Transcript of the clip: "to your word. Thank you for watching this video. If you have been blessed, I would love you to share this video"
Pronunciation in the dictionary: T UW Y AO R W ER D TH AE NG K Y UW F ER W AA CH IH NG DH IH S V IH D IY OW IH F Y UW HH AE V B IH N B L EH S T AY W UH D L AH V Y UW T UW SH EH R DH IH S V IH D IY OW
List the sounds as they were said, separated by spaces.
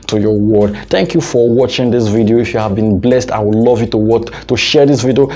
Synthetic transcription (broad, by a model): T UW Y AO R W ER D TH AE NG K Y UW F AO W AA CH IH NG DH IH S V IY D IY OW IH F Y UW HH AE V B IH N B L EH S T AY W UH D L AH V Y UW T UW SH EH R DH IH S V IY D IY OW